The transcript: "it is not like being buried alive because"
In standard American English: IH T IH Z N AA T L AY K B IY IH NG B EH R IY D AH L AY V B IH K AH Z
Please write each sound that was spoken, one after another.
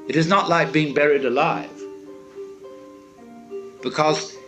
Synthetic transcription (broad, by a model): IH T IH Z N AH T L AY K B IY IH NG B EH R IY D AH L AY V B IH K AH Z